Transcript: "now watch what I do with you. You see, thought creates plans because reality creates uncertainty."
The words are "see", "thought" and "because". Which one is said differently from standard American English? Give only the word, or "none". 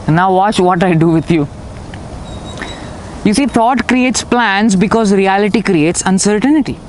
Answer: thought